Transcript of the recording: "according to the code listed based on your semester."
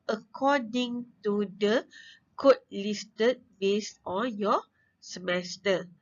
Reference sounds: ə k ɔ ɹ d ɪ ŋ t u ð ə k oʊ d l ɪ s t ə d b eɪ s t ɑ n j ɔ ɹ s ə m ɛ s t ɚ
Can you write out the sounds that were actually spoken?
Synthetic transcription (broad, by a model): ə k ɔ d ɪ ŋ t u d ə k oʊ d l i s t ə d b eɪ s ɑ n j ɔ s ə m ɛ s t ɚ